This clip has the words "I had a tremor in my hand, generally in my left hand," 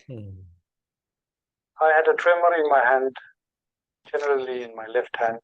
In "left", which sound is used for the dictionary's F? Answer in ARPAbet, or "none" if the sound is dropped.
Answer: F